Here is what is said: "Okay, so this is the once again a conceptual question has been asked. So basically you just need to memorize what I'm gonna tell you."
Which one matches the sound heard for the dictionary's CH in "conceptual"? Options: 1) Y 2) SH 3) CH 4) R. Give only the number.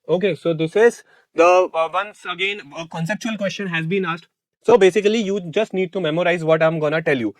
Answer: 3